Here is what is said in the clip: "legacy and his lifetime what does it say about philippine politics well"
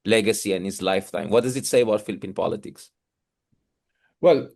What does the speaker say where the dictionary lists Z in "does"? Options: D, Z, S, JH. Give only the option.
Z